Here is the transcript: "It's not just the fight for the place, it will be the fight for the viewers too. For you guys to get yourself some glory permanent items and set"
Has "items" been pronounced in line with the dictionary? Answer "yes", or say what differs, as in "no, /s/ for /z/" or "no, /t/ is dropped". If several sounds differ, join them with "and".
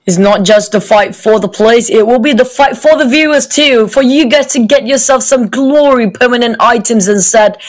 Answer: yes